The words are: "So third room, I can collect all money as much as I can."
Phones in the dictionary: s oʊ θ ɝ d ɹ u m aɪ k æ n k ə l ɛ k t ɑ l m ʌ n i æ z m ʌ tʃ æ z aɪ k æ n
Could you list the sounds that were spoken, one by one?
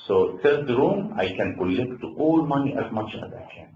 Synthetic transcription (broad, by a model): s oʊ s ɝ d ɹ u m aɪ k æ n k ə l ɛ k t ɑ l m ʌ n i æ z m ʌ tʃ æ z aɪ k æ n